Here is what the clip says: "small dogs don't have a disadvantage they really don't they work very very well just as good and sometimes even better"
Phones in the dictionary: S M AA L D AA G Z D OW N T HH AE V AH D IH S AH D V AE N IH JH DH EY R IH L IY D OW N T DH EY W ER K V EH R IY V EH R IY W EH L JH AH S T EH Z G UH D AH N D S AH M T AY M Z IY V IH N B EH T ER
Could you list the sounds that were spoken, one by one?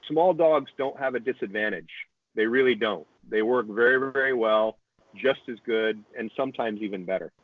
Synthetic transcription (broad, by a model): S M AA L D AA G Z D OW N T HH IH V AH D IH S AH D V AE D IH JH DH EY R IH L IY D OW N T DH EY W ER K V EH R IY V EH R IY W EH L JH AH S T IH Z G UH D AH N S AH M T AY M Z IY V IH N B EH T ER